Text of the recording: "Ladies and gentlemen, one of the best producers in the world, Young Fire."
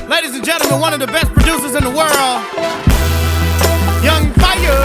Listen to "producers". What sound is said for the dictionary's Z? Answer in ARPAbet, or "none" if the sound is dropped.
Z